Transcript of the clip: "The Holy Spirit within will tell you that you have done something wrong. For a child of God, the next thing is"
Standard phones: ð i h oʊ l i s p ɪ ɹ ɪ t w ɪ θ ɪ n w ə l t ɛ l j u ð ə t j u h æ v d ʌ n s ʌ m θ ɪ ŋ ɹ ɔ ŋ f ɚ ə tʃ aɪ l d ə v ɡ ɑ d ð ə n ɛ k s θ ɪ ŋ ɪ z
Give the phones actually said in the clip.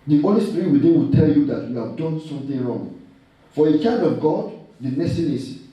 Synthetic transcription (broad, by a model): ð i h oʊ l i s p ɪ ɹ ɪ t w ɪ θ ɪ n w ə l t ɛ l j u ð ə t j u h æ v d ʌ n s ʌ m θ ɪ ŋ ɹ ɔ ŋ f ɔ ə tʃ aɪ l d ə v ɡ ɑ d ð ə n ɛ s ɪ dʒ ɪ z